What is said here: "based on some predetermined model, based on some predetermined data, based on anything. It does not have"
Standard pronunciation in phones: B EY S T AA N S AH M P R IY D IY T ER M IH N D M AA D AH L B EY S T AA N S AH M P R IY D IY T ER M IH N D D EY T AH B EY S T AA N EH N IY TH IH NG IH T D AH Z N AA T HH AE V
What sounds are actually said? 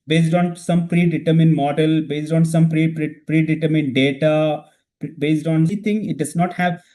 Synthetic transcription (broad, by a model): B EY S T AA N S AH M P R IY D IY T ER M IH N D M AA D AH L B EY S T AA N S AH M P R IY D IY T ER M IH N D D EY T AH B EY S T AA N N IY T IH NG IH T D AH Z N AA T HH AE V